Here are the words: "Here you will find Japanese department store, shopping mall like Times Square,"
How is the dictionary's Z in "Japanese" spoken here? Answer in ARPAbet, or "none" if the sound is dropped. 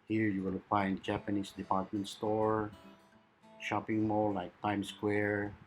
S